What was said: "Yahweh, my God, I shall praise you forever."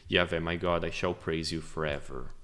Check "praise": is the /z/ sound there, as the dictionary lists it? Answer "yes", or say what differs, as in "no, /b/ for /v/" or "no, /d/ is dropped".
yes